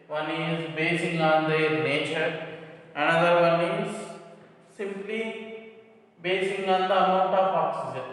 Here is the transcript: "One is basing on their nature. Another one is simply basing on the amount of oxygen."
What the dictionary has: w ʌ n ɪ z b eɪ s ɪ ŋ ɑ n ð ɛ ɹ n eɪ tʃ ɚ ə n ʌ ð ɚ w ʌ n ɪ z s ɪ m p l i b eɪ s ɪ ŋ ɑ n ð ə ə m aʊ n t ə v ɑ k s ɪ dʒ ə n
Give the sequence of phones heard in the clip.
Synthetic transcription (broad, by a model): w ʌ n ɪ z b eɪ s ɪ ŋ ɑ n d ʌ n eɪ tʃ ɚ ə n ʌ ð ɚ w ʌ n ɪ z s ɪ m p l i b eɪ s ɪ ŋ ɑ n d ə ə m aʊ t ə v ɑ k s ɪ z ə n